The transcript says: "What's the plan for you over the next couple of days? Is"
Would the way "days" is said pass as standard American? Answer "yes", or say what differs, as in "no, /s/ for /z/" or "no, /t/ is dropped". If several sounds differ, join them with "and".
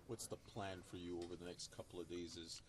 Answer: yes